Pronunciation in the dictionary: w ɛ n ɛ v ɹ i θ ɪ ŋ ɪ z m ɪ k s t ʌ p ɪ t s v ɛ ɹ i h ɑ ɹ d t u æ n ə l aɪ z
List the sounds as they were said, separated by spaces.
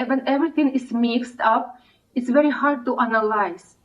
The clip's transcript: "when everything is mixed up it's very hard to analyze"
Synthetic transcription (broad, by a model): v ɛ n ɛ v ɹ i t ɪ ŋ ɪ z m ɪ k s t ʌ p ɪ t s v ɛ ɹ i h ɑ ɹ d t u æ n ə l aɪ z